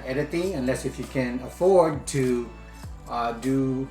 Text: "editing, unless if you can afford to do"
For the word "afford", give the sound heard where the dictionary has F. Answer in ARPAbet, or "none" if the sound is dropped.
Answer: F